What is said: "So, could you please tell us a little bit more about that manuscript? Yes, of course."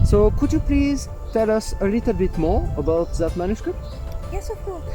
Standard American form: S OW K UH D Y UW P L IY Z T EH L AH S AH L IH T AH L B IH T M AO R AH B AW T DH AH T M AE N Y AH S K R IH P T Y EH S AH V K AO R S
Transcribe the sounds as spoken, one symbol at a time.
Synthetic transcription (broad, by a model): S OW K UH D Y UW P L IY Z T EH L AH S AH L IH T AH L B IH T M AO R AH B AW T DH AH T M AE N Y AH S K R IH P T Y EH S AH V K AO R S